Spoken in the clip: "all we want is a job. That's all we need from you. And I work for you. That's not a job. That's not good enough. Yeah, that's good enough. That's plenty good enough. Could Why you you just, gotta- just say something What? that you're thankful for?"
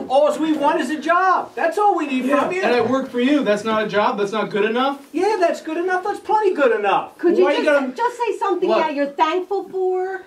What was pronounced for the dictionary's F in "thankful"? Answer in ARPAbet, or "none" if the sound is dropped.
F